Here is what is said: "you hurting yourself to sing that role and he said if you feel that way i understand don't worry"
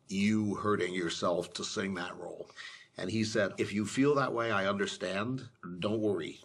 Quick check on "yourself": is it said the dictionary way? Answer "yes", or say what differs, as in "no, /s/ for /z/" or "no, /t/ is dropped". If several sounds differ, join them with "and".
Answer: yes